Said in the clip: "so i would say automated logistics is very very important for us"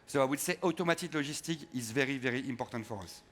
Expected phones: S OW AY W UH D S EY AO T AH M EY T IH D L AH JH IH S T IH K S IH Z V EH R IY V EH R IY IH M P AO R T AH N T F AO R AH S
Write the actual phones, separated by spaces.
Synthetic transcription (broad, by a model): S OW AY W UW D S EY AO T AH M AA T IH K L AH ZH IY S T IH K IH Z V EH R IY V EH R IY IH M P AO R T AH N T F AO R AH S